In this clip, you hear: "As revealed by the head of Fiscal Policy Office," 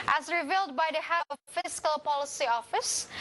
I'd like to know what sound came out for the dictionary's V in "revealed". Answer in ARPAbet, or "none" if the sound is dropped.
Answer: V